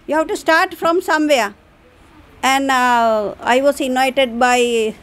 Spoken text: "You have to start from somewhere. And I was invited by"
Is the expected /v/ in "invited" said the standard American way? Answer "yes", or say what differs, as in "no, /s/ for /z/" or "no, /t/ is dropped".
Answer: no, /v/ is dropped